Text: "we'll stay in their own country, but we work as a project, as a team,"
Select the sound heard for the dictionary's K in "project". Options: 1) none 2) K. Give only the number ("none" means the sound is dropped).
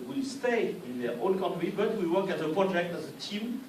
2